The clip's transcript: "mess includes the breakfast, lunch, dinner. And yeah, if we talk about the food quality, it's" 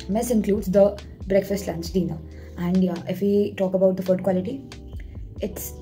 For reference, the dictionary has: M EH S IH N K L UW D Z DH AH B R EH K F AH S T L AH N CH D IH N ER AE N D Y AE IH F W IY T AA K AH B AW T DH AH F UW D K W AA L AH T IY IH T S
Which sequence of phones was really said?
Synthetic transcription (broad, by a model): M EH S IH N K L UW D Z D AH B R EH K F AH S T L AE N S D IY N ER AE N D Y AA IH F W IY T AA K AH B AW T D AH F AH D K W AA L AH T IY IH T S